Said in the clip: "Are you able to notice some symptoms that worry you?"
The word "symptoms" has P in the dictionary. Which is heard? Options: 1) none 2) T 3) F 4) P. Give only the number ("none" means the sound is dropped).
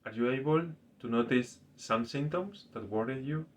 1